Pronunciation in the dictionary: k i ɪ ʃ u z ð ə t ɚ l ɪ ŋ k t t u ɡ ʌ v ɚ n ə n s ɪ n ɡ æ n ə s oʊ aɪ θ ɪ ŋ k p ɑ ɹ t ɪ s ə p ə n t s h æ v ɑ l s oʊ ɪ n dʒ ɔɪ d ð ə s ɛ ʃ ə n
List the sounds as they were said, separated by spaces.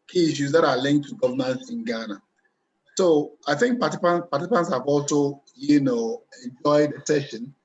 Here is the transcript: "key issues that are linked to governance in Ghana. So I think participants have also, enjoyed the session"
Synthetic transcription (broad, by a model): k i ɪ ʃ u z ð ə t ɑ l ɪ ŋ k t t u ɡ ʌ v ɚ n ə n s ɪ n ɡ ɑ n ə s oʊ aɪ θ ɪ ŋ k p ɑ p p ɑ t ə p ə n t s h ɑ v ɑ l s oʊ ɪ n dʒ ɔɪ d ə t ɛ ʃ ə n